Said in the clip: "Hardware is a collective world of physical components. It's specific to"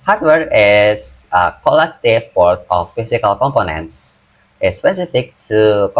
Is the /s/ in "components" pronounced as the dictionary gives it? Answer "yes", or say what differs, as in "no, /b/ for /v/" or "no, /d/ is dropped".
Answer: yes